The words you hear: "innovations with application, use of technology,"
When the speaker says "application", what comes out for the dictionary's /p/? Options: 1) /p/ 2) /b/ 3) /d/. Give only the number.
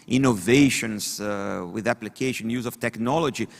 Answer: 1